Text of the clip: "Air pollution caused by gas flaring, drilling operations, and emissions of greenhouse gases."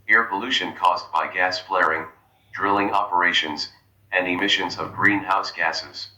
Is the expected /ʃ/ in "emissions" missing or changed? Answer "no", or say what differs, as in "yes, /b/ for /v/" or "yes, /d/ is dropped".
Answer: no